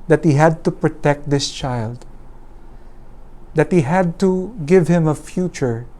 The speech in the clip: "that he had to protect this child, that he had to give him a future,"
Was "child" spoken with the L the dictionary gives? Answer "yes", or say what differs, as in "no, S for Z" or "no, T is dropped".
yes